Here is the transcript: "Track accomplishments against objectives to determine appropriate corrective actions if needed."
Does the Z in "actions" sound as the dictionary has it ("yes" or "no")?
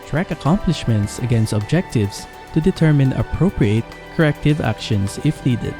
no